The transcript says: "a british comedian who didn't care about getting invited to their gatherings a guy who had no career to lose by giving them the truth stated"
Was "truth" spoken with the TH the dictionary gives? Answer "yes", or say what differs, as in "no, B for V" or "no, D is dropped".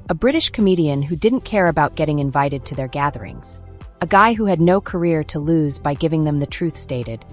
yes